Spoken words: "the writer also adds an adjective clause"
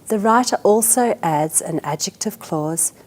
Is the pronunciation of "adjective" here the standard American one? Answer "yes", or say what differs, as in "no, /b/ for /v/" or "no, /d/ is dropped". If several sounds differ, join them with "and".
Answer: yes